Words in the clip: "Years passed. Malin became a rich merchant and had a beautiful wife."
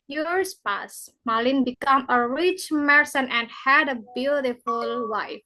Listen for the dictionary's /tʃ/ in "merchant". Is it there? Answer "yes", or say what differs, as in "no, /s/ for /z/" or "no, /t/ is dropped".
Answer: no, /s/ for /tʃ/